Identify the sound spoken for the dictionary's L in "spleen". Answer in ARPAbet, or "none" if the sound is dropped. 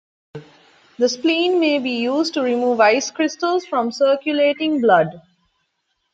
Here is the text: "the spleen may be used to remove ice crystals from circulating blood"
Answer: L